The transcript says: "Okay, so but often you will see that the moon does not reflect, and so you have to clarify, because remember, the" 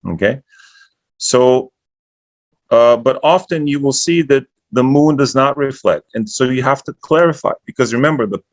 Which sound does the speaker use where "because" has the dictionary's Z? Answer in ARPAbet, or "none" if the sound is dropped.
Z